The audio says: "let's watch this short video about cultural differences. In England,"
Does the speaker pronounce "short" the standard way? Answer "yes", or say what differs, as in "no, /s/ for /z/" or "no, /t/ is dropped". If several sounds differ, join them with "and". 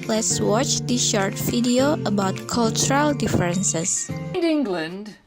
yes